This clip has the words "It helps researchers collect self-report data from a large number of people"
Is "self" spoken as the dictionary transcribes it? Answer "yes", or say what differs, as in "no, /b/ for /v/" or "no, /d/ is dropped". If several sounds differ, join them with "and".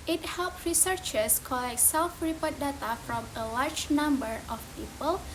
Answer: yes